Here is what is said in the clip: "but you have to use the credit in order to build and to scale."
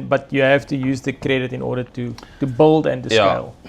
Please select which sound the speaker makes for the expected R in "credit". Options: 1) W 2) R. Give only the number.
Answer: 2